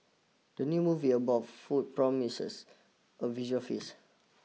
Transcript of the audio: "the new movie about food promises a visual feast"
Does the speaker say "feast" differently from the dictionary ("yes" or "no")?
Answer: yes